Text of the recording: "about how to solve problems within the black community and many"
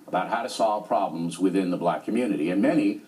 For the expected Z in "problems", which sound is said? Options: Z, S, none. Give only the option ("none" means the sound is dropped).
Z